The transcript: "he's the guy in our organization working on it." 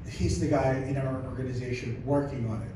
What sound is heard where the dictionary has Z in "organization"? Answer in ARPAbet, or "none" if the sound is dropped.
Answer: Z